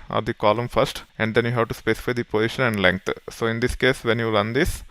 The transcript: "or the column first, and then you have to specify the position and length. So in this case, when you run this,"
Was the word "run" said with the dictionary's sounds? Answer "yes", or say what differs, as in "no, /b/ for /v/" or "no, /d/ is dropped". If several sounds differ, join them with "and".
no, /l/ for /ɹ/